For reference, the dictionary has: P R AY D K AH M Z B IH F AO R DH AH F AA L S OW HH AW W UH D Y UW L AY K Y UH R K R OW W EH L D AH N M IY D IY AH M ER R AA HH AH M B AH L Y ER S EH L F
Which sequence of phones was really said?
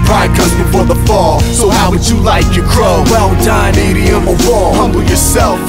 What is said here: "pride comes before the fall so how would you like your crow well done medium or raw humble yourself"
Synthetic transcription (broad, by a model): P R AY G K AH Z B IH F AO R DH AH F AA L S OW HH AW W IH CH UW L AY K Y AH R K R OW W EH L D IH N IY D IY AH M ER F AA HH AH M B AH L Y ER S EH L F